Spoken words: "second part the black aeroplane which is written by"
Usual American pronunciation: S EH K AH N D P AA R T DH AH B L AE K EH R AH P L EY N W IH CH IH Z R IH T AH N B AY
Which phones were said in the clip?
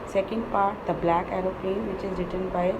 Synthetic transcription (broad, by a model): S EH K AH N D P AA R T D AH B L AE K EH R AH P EY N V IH CH IH Z R IH T AH N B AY